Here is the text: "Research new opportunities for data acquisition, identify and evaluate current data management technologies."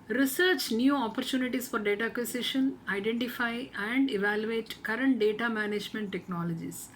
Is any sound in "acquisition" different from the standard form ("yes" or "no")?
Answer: yes